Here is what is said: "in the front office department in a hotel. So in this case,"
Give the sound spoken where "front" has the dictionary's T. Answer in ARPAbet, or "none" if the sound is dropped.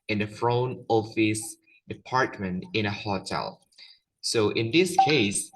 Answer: none